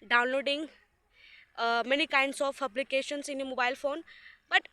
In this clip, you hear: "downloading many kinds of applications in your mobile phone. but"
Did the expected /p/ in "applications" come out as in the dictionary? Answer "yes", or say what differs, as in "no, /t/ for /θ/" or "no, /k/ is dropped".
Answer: no, /b/ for /p/